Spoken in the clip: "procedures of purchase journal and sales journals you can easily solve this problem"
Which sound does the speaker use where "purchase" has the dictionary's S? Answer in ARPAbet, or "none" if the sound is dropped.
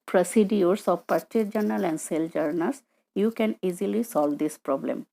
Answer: none